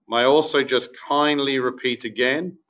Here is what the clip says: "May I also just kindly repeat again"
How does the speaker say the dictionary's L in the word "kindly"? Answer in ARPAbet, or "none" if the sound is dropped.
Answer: L